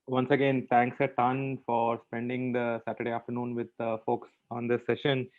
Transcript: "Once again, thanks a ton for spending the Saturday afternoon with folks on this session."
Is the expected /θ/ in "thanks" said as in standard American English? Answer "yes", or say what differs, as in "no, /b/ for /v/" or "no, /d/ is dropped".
no, /t/ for /θ/